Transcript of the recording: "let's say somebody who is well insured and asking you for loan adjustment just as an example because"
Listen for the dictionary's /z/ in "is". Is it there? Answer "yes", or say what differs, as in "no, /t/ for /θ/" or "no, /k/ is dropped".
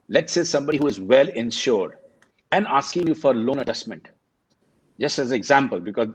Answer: yes